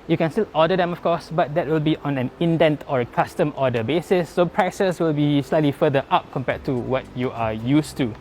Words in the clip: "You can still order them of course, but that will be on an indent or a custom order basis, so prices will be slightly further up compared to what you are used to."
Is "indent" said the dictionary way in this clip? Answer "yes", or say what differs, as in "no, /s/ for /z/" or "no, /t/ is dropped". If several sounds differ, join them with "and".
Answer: yes